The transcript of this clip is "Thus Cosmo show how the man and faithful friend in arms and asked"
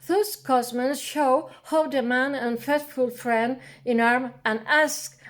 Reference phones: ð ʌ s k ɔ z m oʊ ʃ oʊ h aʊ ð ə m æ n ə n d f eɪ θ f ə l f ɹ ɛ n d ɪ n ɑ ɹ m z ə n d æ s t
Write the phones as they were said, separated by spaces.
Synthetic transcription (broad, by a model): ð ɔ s k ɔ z m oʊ ʃ oʊ h aʊ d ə m æ n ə n f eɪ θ f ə l f ɹ ɛ n d ɪ n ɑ ɹ m ə n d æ s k